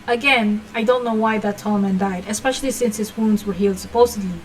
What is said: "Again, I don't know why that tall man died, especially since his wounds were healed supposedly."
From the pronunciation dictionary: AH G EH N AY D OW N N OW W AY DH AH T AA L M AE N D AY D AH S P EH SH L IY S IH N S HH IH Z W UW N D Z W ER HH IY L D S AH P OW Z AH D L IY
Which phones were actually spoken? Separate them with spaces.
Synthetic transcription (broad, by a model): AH G EH N AY D OW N N OW W AY DH AH T AA L M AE N D AY D AH S P EH SH L IY S IH N S HH IH Z W UW N D Z W ER HH IY L D S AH P OW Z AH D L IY